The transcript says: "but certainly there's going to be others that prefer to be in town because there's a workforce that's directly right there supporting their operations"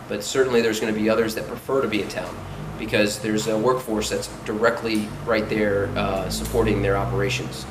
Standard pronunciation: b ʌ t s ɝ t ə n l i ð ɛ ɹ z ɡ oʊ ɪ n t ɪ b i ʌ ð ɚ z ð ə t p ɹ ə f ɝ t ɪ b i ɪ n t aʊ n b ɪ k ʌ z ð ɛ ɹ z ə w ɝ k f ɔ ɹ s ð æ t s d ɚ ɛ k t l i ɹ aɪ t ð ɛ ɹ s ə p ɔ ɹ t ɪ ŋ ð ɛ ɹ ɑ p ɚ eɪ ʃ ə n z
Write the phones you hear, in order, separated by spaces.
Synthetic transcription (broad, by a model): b ʌ t s ɝ t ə n l i ð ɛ ɹ z ɡ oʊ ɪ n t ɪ b i ʌ ð ɚ z ð ə t p ɹ ə f ɝ t ɪ b i ɪ n t aʊ n b ɪ k ʌ z ð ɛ ɹ z ə w ɝ k f ɔ ɹ s ð æ t s d ɚ ɛ k t l i ɹ aɪ t ð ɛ ɹ s ə p ɔ ɹ t ɪ ŋ ð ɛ ɹ ɑ p ɚ eɪ ʃ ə n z